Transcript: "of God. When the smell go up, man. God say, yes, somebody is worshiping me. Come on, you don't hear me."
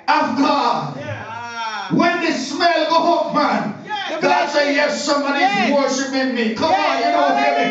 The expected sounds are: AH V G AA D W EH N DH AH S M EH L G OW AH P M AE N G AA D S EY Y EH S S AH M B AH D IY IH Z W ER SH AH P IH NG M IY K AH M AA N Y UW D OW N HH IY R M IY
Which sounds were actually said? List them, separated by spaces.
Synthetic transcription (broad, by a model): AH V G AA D W EH N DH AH S M EH L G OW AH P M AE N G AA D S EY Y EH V S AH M AH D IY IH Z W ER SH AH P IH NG M IY K AH M AA N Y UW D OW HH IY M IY